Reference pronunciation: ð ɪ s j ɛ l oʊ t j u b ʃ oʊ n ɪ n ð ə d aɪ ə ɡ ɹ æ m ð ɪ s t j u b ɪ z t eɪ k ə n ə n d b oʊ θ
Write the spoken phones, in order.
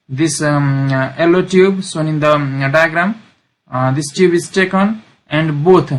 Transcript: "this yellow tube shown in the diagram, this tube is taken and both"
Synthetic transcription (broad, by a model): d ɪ s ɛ l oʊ t j u b s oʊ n ɪ n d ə d aɪ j ɡ ɹ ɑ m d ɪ s t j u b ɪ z t eɪ k ə n ə n d b oʊ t